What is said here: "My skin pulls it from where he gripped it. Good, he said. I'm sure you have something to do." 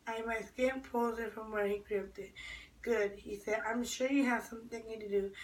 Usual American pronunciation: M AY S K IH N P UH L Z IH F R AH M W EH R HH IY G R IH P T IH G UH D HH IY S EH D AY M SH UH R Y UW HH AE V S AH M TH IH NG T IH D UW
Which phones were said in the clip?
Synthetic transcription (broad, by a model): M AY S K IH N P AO Z IH F R AH M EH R HH IY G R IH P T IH G UH D HH IY S EH D AY M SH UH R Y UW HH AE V S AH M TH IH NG T IH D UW